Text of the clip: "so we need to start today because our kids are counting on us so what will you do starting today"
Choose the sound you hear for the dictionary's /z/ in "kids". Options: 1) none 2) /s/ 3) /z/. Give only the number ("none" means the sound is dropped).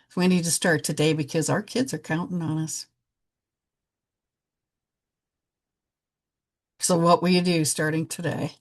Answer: 3